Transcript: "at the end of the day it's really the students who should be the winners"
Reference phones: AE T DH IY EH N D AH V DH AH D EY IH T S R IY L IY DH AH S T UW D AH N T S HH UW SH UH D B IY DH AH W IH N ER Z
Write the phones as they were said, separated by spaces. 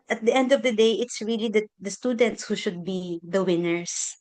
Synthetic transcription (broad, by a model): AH T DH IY EH N D AH V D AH D EY IH T S R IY L IY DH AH S T UW D AH N T S HH UW SH UH D B IY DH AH W IH N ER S